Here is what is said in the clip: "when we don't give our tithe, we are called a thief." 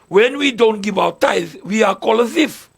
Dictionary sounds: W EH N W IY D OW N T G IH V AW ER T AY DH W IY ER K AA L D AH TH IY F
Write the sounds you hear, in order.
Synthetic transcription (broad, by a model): W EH N W IY D OW N T G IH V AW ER T AY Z W IY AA K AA L AH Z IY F